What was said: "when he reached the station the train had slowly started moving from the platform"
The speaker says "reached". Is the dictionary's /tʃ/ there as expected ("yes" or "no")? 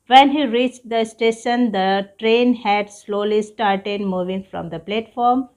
yes